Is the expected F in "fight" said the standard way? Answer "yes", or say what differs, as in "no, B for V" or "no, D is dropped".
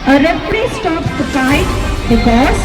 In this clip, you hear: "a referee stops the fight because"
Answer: no, P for F